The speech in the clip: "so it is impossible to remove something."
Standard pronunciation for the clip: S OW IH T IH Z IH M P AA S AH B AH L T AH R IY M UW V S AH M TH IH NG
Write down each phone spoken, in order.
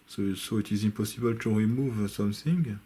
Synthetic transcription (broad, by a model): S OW IH T IH Z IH P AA S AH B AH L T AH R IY M UW V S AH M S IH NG